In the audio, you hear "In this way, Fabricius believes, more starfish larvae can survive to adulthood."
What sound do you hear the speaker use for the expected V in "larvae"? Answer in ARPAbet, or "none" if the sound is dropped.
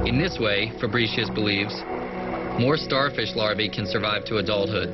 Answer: V